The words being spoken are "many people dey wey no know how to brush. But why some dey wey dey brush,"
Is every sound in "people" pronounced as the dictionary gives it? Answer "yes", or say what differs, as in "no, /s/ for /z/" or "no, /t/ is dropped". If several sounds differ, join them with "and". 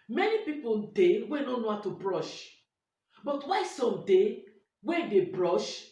no, /n/ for /l/